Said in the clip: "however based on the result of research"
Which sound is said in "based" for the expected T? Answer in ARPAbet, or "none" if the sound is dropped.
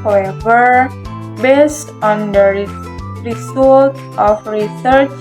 T